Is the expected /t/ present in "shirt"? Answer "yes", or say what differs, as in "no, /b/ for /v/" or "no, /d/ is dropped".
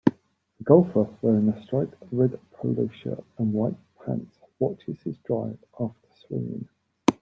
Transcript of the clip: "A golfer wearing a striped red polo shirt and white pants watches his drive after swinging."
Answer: no, /t/ is dropped